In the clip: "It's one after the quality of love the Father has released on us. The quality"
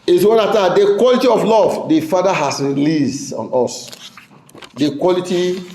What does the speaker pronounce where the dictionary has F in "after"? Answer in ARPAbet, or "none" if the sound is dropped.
none